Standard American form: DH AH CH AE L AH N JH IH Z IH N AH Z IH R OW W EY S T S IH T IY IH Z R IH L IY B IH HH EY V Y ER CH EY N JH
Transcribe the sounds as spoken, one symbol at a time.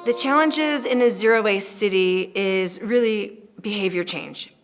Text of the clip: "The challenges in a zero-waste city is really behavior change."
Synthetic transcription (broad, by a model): DH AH CH AE L AH N JH IH Z IH N AH Z IH R OW W EY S S IH T IY IH Z R IH L IY B IH HH EY V Y ER CH EY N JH